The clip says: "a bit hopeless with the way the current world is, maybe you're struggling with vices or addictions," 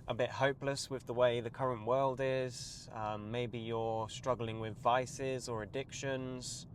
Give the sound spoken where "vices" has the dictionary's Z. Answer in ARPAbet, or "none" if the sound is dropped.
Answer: Z